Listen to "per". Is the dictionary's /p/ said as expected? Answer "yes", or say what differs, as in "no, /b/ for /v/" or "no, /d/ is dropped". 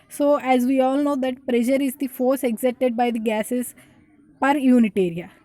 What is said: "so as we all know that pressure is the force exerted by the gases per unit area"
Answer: yes